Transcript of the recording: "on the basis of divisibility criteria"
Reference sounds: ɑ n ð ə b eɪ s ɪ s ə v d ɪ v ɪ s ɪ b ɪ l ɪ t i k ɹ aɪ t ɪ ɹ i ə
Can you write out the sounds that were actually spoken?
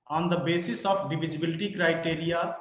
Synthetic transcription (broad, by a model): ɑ n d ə b eɪ s ɪ s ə p d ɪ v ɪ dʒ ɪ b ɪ l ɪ t i k ɹ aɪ t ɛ ɹ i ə